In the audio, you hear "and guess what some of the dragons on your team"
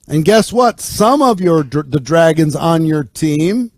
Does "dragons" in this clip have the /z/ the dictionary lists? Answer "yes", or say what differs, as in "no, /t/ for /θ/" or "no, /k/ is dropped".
yes